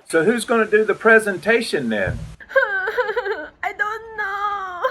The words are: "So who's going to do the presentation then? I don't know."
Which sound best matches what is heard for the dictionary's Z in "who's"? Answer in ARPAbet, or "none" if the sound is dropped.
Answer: Z